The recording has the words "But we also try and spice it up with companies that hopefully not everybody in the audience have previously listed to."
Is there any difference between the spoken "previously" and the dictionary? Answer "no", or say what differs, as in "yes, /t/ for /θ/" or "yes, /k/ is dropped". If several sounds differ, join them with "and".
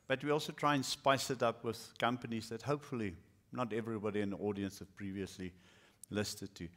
no